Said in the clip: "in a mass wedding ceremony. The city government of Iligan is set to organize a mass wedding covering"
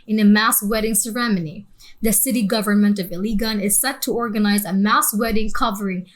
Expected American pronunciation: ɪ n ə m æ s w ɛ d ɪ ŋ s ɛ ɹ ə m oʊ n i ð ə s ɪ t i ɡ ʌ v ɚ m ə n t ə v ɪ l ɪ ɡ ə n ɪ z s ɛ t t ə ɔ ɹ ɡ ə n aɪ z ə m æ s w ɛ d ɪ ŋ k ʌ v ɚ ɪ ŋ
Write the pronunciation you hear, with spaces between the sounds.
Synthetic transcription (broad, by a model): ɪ n ə m æ s w ɛ d ɪ ŋ s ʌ ɹ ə m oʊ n i ð ə s ɪ t i ɡ ʌ v ɚ m ə n t ə v ɪ l ɪ ɡ ə n ɪ z s ɛ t t ə ɔ ɹ ɡ ə n aɪ z ə m æ s w ɛ d ɪ ŋ k ʌ v ɚ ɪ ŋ